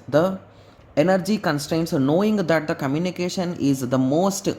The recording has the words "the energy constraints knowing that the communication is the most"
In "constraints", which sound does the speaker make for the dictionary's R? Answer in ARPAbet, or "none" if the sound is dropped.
R